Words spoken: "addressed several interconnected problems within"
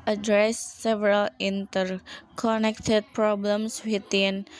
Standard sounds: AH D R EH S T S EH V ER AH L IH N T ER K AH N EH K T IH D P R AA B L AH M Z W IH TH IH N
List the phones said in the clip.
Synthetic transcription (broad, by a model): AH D R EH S S EH V ER AH L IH N T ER K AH N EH K T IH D P R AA B L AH M S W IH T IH N